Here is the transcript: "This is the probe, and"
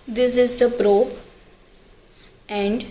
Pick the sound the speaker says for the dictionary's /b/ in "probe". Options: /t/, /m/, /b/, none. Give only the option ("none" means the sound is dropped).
none